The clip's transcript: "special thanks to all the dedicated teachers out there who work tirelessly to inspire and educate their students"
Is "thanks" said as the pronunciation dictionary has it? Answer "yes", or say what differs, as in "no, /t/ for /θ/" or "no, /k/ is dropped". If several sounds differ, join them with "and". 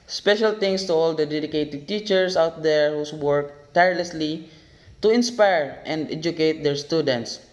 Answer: no, /t/ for /θ/ and /k/ is dropped